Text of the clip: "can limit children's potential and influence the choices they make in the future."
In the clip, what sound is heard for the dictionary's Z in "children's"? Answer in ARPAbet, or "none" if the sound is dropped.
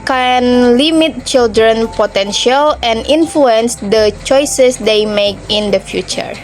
none